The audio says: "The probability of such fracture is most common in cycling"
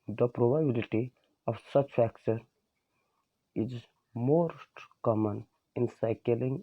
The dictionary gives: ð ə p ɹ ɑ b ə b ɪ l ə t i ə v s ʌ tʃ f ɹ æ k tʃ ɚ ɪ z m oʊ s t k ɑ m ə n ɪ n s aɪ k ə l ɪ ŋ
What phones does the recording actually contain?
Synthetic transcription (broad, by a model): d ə p ɹ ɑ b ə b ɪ l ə t i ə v s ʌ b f æ k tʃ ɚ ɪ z m oʊ s t k ɑ m ə n ɪ n s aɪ k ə l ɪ ŋ